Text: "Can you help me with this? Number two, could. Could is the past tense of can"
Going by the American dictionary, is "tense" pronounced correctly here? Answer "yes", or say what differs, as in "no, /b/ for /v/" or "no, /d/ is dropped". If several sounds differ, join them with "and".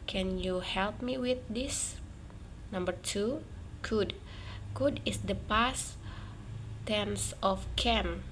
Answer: yes